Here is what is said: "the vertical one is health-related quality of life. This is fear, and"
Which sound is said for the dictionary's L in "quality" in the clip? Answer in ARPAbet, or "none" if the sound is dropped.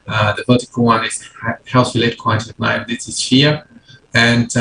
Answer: none